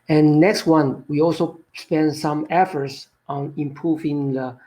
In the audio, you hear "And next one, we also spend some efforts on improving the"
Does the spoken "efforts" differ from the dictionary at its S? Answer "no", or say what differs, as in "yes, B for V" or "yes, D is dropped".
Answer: no